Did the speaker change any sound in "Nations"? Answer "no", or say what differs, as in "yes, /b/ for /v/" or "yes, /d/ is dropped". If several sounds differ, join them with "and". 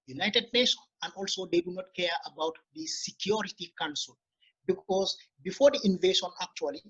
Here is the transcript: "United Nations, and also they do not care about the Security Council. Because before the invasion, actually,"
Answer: yes, /z/ is dropped